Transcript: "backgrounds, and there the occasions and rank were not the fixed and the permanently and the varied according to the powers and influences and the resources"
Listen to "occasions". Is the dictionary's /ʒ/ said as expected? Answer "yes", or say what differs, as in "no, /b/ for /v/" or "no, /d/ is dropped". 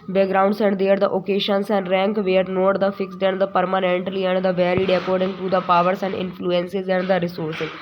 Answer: no, /ʃ/ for /ʒ/